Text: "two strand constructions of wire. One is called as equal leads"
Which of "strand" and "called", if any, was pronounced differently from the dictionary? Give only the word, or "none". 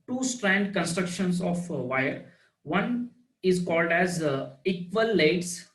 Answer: none